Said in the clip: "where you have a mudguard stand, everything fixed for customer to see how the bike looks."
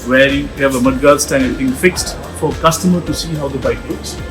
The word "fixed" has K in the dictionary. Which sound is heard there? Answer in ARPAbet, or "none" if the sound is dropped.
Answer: K